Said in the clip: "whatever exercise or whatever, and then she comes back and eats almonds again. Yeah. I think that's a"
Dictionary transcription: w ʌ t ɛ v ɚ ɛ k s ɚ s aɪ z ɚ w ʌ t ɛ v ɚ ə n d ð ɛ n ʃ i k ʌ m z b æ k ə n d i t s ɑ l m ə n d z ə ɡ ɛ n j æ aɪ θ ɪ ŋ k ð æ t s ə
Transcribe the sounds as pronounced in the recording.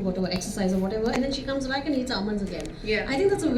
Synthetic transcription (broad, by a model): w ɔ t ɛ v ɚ ɛ k s ɚ s aɪ z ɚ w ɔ t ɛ v ɚ ə n d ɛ n ʃ i k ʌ m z b æ k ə n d i t s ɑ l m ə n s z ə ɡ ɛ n j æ aɪ t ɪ ŋ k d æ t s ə